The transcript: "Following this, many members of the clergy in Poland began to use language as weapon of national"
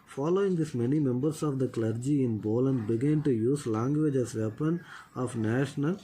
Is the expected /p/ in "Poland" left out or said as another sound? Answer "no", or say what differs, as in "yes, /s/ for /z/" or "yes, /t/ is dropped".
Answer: yes, /b/ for /p/